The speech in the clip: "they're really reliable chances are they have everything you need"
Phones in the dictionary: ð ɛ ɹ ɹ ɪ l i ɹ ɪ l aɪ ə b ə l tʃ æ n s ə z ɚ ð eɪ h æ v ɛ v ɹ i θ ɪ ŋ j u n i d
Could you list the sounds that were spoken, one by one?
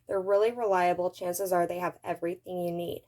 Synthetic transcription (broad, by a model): ð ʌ ɹ ɹ ɪ l i ɹ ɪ l aɪ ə b l tʃ æ n s ə z ɚ ð eɪ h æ v ɛ v ɹ i θ ɪ ŋ j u n i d